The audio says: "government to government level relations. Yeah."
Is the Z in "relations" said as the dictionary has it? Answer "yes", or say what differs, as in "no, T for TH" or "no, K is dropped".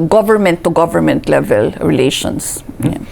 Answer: no, S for Z